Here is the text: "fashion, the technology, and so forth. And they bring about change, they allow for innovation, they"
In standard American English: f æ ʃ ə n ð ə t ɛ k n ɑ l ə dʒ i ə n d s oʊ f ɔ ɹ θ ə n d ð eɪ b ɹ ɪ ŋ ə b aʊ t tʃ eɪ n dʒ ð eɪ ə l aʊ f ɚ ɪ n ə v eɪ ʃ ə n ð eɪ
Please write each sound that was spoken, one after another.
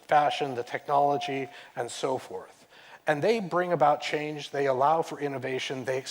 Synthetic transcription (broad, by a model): f æ ʃ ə n ð ə t ɛ k n ɑ l ə dʒ i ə n s oʊ f ɔ ɹ θ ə n ð eɪ b ɹ ɪ ŋ ə b aʊ t tʃ eɪ n dʒ ð eɪ ə l aʊ f ɚ ɪ n ə v eɪ ʃ ə n ð eɪ